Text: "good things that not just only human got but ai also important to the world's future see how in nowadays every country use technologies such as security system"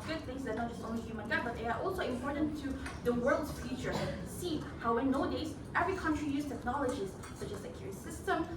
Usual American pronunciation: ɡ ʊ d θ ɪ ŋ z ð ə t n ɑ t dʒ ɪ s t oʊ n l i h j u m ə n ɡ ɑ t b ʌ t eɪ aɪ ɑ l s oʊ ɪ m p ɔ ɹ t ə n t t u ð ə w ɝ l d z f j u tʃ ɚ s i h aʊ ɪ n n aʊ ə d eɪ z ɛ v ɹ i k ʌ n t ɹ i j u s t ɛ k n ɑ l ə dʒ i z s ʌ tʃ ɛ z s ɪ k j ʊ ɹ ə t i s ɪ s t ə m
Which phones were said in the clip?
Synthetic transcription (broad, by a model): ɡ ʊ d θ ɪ ŋ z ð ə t n ɑ t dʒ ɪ s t oʊ n l i h j u m ə n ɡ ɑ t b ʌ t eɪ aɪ ɑ l s oʊ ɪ m p ɔ ɹ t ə n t t u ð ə w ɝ l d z f j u tʃ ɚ s i h aʊ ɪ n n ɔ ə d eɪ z ɛ v ɹ i k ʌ n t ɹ i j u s t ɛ k n ɑ l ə dʒ i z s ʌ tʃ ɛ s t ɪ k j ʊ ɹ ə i s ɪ s t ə m